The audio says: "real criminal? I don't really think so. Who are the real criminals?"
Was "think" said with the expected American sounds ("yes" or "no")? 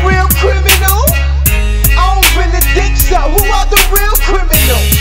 no